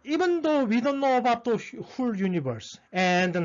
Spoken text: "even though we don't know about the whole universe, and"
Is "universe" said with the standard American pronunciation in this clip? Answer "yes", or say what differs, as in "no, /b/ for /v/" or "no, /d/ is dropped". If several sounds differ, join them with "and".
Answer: no, /b/ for /v/